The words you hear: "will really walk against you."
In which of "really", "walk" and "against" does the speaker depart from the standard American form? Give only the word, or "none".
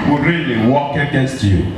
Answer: none